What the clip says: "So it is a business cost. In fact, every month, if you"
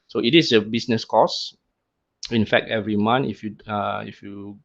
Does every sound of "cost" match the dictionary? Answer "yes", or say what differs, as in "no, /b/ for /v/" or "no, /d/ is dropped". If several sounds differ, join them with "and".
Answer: no, /t/ is dropped